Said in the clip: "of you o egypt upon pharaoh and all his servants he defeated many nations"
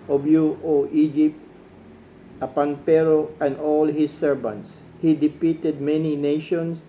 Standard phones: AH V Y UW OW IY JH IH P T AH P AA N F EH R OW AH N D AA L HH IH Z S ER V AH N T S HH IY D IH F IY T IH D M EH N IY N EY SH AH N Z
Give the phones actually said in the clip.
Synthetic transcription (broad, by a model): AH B Y UW OW IY JH IH P T AH P AA N P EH R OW AH N D AA L HH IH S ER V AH N T S HH IY D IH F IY T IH D M EH N IY N EY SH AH N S